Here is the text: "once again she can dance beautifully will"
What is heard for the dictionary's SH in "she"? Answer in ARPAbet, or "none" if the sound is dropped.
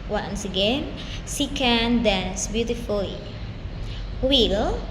S